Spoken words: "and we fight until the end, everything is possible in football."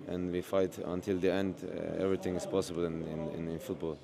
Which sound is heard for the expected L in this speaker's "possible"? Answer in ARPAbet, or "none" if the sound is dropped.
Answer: N